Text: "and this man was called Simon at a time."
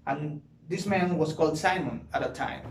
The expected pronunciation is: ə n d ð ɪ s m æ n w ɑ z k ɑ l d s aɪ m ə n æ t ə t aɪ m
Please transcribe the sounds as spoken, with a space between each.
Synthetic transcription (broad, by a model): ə n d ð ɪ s m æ n w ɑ s k ɑ l d s aɪ m ə n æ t ə t aɪ m